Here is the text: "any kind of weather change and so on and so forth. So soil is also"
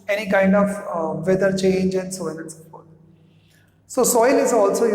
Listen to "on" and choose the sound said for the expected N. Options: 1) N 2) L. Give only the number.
2